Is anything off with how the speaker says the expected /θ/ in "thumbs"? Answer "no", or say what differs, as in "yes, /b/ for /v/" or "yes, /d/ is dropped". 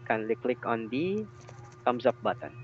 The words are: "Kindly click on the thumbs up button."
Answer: yes, /t/ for /θ/